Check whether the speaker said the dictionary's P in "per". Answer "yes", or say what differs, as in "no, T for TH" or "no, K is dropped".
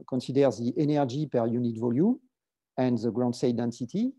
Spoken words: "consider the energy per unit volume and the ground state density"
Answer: yes